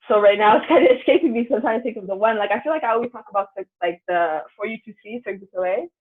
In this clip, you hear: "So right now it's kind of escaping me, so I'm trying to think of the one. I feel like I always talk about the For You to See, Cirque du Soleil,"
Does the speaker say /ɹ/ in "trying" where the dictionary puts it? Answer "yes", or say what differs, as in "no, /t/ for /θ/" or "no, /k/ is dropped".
no, /ɹ/ is dropped